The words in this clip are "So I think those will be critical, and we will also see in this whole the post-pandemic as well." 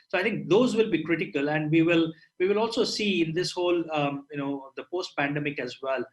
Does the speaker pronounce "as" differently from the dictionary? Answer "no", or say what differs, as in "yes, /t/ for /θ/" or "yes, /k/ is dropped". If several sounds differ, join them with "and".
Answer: no